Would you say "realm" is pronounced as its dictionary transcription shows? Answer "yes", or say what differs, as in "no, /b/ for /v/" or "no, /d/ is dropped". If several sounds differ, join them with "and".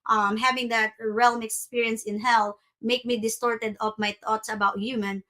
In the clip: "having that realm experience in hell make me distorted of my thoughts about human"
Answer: yes